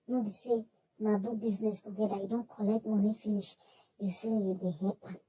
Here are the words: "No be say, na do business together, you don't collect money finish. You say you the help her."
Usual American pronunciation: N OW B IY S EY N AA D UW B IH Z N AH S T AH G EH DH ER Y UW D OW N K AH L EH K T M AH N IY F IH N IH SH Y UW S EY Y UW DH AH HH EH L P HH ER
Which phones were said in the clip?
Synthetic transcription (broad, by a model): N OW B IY S EY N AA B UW B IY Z N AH S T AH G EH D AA Y UW D OW N K AH L EH K T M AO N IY F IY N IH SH Y UW S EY Y UW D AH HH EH P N